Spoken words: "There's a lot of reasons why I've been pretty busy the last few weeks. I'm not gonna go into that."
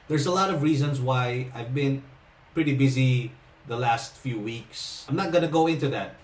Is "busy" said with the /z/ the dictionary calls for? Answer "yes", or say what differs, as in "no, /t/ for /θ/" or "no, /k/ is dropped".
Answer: yes